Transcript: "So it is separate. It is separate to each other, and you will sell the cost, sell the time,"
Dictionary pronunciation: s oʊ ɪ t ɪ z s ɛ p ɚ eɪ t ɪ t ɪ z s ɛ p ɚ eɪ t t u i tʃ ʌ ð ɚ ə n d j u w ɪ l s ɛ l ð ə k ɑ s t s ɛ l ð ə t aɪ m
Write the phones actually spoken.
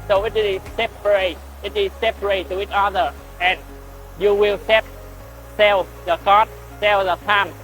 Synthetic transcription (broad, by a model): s oʊ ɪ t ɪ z s ɛ p ɚ eɪ t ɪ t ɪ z s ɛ p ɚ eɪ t t u i tʃ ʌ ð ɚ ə n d j u w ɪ l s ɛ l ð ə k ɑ t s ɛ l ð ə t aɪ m